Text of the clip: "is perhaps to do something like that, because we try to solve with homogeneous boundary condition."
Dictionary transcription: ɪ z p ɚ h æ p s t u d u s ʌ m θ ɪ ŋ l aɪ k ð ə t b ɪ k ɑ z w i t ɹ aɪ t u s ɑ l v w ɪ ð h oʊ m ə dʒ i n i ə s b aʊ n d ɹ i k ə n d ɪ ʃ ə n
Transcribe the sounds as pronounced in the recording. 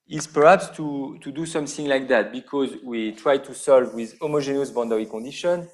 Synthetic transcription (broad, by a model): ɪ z p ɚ h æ p s t u d u s ʌ m θ ɪ ŋ l aɪ k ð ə t b ɪ k ɑ z w i t ɹ aɪ t u s ɑ l v w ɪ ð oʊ m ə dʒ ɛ n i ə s b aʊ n d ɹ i k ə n d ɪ ʃ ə n